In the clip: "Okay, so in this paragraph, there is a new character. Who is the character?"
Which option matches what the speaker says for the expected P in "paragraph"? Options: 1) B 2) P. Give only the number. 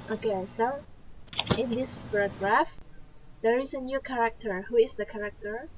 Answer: 1